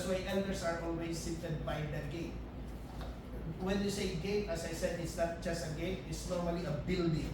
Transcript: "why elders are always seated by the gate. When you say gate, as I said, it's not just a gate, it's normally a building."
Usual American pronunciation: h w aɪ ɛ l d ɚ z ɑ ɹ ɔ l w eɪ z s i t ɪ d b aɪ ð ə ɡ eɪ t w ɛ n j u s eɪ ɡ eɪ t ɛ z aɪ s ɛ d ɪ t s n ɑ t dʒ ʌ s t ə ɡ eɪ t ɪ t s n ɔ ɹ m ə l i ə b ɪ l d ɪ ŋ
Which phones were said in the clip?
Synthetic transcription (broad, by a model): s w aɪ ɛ n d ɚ s ɑ ɹ ɔ l w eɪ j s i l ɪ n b aɪ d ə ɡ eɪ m w ɛ n j u s eɪ ɡ eɪ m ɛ s aɪ s ɛ d ɪ t s n ɑ t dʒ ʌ s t ə ɡ eɪ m ɪ t s n ɔ ɹ m ə l i ə b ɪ l d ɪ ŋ